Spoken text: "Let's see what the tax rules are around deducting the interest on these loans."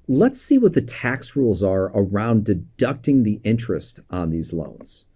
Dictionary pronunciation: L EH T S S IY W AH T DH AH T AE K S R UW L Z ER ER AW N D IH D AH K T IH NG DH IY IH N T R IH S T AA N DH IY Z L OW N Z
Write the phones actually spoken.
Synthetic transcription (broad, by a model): L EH T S S IY W AH T DH AH T AE K S R UW L Z ER ER AW N D IH D AH K T IH NG DH IY IH N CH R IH S T N DH IY Z L OW N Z